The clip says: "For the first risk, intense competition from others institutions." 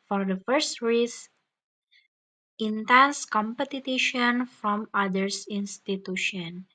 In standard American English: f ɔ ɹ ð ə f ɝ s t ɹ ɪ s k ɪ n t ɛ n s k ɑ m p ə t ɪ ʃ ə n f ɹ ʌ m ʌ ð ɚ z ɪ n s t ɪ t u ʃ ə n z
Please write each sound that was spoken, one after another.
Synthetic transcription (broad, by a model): f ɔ ɹ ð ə f ɝ s t ɹ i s ɪ n t ɛ n s k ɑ m p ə t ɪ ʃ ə n f ɹ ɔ m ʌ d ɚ s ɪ n s t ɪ t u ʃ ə n